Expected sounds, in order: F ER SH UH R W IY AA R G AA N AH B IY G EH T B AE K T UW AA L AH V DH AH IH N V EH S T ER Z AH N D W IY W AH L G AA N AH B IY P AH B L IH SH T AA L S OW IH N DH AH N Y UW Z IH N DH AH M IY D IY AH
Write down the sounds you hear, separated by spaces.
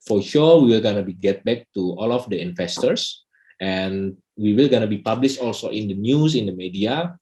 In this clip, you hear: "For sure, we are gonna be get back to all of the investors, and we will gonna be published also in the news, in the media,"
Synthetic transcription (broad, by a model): F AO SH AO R W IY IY L G AA N AH B IY G EH T B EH K T UW AA L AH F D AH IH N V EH S T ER S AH N W IY W AH L G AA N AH B IY P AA B L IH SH T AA L S OW IH N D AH N Y UW S IH N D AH M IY D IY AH